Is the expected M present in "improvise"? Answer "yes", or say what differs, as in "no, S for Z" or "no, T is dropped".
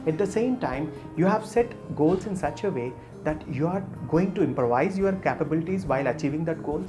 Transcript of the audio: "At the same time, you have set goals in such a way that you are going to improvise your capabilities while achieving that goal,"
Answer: yes